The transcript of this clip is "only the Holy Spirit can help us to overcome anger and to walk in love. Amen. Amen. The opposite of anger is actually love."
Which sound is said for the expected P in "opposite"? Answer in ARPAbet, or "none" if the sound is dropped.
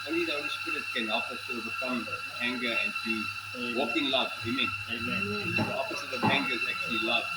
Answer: F